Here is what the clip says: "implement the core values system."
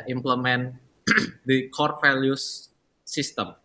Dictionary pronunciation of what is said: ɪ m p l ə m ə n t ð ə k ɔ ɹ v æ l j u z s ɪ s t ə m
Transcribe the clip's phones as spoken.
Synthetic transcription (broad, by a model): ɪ m p l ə m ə n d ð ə k ɔ ɹ f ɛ l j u s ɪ s t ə m